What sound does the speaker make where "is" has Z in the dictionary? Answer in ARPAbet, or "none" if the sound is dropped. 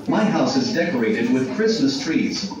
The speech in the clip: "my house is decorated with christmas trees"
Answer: Z